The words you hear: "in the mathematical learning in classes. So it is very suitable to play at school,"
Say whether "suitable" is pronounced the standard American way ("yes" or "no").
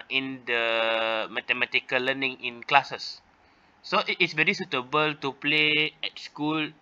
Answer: yes